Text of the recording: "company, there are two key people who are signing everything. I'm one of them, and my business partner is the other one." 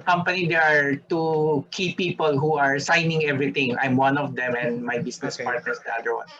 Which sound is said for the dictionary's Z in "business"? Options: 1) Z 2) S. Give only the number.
2